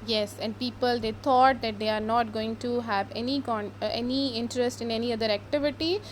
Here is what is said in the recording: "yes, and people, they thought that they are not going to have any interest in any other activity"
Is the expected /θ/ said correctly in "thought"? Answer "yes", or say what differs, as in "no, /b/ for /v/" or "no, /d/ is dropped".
no, /t/ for /θ/